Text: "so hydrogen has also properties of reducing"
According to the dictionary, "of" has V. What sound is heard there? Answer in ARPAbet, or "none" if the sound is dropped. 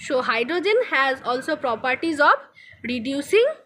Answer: B